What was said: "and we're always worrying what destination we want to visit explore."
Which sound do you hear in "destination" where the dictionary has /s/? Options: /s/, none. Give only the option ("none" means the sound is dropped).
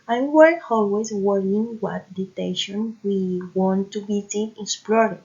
none